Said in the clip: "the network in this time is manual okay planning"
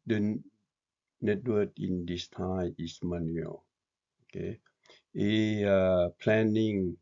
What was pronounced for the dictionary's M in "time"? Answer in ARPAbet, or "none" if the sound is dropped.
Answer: none